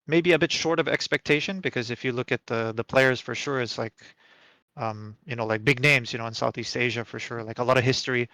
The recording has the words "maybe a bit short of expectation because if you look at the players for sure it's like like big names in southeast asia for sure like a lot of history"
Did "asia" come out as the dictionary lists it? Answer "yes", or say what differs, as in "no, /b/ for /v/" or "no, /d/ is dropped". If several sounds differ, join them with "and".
yes